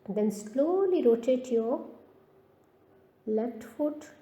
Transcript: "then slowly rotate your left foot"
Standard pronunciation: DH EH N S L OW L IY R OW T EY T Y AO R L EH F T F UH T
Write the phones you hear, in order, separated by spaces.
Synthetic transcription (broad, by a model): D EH N S L OW L IY R OW T EY T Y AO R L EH T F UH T